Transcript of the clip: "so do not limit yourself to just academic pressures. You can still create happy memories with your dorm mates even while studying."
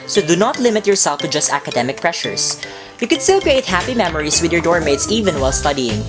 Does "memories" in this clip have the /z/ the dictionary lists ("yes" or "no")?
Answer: no